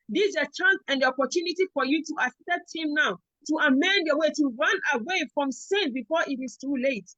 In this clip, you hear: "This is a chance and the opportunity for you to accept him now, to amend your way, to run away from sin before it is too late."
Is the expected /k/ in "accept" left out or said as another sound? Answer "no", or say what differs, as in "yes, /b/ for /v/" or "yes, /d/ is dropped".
yes, /k/ is dropped